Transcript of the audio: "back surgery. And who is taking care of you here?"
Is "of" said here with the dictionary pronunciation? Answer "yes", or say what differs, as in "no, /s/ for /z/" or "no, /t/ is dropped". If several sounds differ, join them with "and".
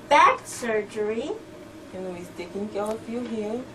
no, /f/ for /v/